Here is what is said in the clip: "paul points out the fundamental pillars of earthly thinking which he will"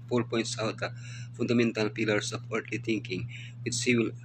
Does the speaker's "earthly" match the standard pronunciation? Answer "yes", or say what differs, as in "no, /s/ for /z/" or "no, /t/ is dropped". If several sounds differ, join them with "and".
no, /t/ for /θ/